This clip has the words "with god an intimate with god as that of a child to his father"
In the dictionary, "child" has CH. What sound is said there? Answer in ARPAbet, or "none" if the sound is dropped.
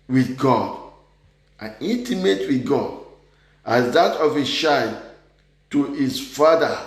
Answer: SH